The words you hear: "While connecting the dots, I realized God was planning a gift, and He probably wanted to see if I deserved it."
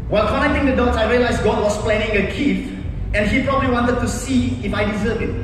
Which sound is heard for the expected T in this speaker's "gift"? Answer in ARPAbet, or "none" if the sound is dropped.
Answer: none